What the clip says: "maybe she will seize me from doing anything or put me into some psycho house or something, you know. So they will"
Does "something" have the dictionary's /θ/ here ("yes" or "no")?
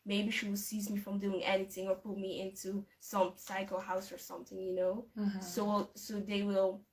yes